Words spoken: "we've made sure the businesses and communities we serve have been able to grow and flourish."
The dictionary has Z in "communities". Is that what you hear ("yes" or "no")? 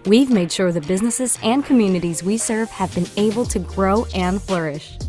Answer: yes